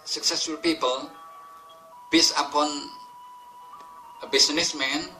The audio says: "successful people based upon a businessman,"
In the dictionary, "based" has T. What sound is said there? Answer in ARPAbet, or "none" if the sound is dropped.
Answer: none